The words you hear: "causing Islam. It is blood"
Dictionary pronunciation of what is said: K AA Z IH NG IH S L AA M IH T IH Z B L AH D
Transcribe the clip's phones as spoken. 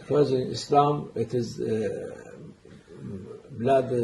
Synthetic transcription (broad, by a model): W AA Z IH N IH S L AA M IH T IH Z B L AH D